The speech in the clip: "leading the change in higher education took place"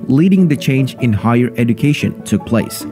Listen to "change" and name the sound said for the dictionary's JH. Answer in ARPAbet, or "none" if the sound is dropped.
JH